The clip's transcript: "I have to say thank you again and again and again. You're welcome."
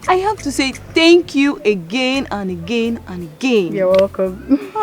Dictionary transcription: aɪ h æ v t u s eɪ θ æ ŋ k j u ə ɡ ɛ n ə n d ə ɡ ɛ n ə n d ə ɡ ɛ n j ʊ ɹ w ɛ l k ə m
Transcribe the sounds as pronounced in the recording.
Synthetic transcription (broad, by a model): aɪ h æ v t u s eɪ θ æ ŋ k j u ə ɡ ɛ n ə n ə ɡ ɛ n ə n ə ɡ ɛ n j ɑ w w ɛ k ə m